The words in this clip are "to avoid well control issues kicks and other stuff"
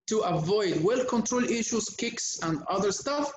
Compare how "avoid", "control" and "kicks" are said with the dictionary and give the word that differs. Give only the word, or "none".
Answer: none